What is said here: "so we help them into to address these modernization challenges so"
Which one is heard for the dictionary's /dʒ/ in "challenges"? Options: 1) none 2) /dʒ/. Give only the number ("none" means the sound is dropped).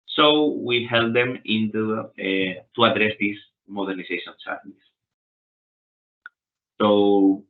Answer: 1